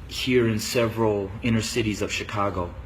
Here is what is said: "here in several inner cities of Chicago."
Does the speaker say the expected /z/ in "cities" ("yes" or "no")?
yes